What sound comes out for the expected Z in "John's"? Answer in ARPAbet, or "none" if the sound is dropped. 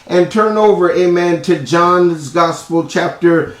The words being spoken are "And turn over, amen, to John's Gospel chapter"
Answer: Z